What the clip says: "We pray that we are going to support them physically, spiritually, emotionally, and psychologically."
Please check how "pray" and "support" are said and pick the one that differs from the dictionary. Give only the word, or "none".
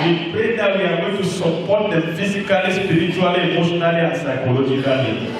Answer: pray